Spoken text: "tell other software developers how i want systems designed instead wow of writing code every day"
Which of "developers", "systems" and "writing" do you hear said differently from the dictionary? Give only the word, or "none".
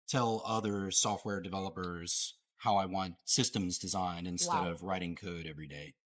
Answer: none